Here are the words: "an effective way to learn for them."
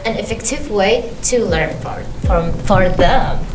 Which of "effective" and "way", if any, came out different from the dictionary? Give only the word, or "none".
none